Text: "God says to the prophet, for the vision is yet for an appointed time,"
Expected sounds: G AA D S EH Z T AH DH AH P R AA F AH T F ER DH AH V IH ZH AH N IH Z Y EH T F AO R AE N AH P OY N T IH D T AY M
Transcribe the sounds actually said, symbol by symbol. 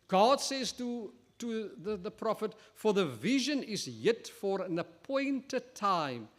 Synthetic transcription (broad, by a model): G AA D S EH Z T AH DH AH P R AA F AH T F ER DH AH V IH ZH AH N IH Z Y EH T F AO R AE N AH P OY N T IH D T AY M